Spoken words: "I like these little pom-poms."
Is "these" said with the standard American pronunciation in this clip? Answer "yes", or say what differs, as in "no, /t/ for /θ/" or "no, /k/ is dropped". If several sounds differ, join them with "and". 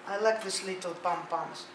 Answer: no, /s/ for /z/